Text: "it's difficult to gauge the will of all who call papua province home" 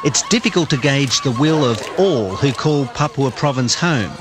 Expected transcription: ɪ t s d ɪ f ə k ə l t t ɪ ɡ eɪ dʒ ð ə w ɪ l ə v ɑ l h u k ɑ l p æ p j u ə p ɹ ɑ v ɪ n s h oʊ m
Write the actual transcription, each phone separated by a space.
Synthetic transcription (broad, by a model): ɪ t s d ɪ f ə k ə l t t ɪ ɡ eɪ dʒ ð ə w ɪ l ə v ɑ l h u k ɑ l p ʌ p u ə p ɹ ɑ v ɪ n s h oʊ m